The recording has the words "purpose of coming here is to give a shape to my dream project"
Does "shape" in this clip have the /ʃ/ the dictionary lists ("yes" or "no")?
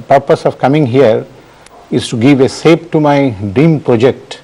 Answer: no